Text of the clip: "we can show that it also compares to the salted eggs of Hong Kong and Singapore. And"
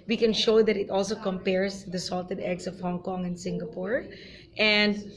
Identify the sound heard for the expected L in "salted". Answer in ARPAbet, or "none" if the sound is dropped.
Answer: L